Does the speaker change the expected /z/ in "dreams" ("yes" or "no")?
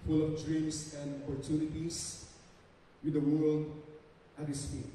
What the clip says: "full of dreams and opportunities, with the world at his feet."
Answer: yes